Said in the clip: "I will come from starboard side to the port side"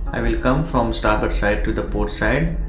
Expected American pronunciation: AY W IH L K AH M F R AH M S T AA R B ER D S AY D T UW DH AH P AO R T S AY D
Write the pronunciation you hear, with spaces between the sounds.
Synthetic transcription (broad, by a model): AY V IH L K AH M F R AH M S T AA R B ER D S AY D T UW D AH P AO R T S AY D